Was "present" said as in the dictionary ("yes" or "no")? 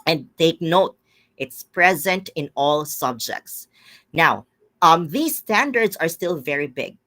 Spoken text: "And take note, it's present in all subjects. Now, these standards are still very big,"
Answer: yes